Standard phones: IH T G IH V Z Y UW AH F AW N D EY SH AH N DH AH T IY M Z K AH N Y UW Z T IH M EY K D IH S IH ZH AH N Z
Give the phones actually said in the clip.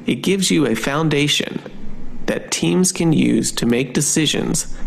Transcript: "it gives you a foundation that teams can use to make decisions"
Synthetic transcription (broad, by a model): IH T G IH V Z Y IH AH F AW N D EY SH AH N DH AH T IY M Z K AH N Y UW Z T IH M EY K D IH S IH ZH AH N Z